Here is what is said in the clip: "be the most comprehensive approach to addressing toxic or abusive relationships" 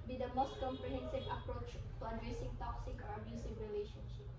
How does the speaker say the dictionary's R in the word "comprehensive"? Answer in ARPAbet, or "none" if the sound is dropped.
R